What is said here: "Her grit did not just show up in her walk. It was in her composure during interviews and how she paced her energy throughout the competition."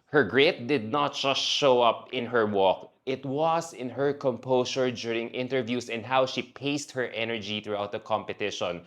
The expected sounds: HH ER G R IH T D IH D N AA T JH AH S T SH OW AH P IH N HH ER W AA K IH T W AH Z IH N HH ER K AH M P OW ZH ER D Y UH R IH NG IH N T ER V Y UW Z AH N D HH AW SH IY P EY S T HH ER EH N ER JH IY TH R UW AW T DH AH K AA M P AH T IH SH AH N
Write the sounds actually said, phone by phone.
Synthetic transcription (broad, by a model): HH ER G R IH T D IH D N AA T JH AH S T SH OW AH P IH N HH ER W AA K IH T W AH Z IH N HH ER K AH M P OW S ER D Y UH R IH NG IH N T ER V Y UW S AH N D HH AW SH IY P EY S T HH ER EH N ER JH IY TH R UW AW T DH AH K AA M P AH T IH SH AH N